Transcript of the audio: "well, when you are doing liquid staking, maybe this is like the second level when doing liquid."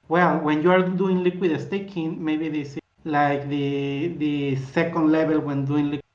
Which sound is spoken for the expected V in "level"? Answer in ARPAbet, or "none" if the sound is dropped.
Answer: B